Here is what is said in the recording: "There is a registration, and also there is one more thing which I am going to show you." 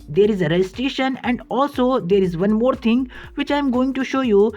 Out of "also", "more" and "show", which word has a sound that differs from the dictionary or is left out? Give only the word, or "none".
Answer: none